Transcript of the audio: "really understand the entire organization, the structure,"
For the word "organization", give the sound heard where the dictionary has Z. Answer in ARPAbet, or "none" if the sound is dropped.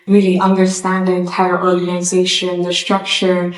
Z